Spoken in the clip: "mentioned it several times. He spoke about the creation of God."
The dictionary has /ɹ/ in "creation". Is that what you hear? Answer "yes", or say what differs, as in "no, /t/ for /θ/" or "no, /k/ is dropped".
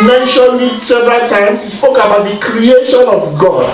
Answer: yes